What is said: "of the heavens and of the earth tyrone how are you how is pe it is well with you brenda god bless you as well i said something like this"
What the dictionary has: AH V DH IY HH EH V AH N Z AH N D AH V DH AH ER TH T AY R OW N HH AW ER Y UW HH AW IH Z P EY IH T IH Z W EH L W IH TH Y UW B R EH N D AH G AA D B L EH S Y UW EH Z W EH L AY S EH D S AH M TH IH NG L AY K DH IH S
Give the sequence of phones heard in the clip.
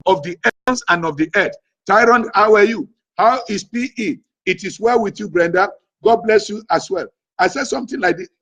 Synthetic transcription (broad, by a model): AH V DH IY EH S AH N AH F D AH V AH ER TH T AY R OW N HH AW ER Y UW HH AW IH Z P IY IH T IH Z W EH L W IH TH Y UW B R EH N D AH G AA D B L EH S Y UW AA S W EH L AY S EH D S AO M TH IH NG L AY K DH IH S